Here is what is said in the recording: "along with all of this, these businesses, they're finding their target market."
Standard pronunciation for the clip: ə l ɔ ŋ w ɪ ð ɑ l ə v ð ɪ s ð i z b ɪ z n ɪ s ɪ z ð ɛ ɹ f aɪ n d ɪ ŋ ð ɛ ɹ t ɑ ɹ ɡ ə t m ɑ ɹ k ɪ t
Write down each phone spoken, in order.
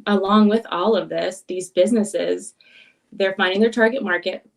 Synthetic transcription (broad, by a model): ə l ɔ ŋ w ɪ ð ɑ l ə v ð ɪ s ð i z b ɪ z n ɪ s ɪ z ð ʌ ɹ f aɪ n d ɪ ŋ ð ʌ ɹ t ɑ ɹ ɡ ə t m ɑ ɹ k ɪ t